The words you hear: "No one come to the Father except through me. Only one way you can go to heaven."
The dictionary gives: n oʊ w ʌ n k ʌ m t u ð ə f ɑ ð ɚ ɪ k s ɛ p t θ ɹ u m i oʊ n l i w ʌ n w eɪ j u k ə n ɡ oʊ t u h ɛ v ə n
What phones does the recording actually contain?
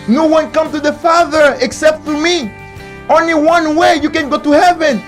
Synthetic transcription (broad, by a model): n oʊ w ʌ n k ʌ m t u ð ə f ɑ ð ɚ ɪ k s ɛ p t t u m i oʊ n l i w ʌ n w eɪ j u k ə n ɡ oʊ t u h ɛ v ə n